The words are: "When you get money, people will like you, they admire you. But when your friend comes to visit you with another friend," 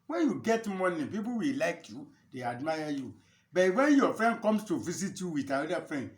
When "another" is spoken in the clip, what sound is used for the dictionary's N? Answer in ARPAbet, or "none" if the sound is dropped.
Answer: none